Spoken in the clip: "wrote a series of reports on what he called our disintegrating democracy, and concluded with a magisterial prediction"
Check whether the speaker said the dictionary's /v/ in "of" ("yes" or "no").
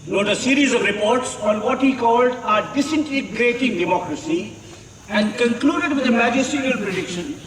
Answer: yes